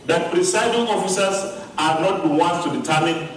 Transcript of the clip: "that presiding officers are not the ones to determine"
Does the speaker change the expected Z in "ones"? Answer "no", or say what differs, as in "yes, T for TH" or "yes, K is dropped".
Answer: yes, S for Z